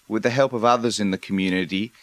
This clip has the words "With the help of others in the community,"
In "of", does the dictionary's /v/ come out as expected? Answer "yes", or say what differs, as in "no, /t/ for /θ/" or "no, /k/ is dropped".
yes